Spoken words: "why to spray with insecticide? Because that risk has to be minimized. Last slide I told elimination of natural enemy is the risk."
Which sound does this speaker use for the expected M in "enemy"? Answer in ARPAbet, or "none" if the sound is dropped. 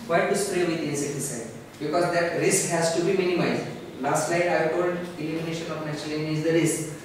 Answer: none